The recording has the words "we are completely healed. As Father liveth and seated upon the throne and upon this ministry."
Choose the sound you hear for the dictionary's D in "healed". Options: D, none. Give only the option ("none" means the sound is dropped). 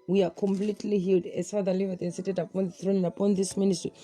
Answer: D